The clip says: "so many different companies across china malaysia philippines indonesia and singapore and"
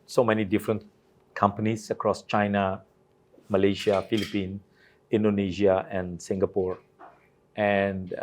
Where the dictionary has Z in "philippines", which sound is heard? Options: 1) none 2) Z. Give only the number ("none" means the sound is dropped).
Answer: 1